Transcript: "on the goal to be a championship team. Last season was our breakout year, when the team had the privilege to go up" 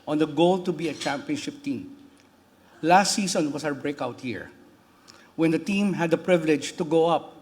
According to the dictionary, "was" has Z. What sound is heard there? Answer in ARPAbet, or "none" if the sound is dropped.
S